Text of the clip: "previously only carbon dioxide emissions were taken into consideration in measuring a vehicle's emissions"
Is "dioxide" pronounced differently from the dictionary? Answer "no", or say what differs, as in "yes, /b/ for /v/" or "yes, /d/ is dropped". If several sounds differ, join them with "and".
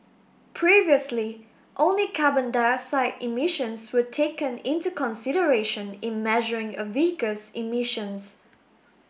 yes, /k/ is dropped